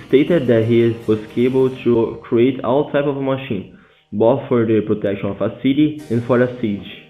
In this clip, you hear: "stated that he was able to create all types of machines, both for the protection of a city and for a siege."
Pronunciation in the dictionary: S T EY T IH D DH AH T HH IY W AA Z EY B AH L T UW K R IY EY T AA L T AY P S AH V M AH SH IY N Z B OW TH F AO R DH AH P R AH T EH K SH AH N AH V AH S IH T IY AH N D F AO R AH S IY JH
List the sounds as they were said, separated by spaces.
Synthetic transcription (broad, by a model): S T EY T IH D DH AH T HH IY W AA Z EY B AH L T UW K R IY EY T AA L T AY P AH V M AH SH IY N B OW F AO R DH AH P R AH T EH K SH AH N AH V AH S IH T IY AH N F AO R AH S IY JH